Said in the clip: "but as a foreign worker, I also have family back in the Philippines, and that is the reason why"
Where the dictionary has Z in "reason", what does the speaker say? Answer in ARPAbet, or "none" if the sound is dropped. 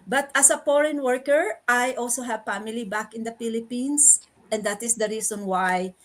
S